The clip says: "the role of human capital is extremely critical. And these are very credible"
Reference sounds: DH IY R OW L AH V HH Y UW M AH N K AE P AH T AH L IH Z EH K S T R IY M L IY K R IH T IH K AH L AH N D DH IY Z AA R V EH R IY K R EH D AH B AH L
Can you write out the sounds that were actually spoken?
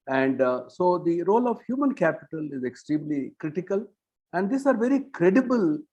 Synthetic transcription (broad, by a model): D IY R OW L AH V HH Y UW M AH N K AE P AH T AH L IH Z EH K S T R IY M L IY K R IH T IH K AH L AH N D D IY S AA R V EH R IY K R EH D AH B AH L